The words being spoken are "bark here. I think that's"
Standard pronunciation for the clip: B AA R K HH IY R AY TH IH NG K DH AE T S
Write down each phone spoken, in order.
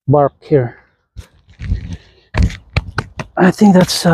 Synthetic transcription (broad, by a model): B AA R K HH IY R AY TH IH NG K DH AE T S